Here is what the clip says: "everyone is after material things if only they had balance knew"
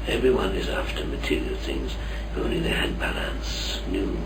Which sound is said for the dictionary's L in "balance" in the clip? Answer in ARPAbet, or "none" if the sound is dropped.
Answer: L